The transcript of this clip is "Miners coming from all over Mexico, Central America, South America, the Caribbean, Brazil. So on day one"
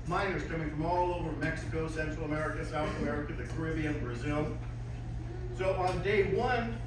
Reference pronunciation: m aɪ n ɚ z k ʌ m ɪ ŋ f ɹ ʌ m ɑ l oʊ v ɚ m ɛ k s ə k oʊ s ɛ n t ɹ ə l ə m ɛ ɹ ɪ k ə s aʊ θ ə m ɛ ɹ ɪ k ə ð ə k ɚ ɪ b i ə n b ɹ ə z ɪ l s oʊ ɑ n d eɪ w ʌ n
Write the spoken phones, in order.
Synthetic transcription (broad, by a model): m aɪ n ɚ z k ʌ m ɪ ŋ f ɹ ʌ m ɑ l oʊ v ɚ m ɛ k s ə k oʊ s ɛ n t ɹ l ə m ɛ ɹ ɪ k ə s aʊ θ ə m ɛ ɹ ɪ k ə ð ə k ɚ ɪ b i ə n b ɹ ə z ɪ l s oʊ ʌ n d eɪ w ʌ n